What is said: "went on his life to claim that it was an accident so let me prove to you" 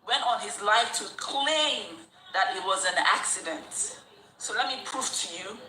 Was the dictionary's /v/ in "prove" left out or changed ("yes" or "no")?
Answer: yes